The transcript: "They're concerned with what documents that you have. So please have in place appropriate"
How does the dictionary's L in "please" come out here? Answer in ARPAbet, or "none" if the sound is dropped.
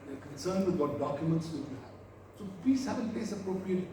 none